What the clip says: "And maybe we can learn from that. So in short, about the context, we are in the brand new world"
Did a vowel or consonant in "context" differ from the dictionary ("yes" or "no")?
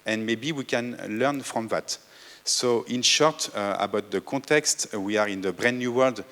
yes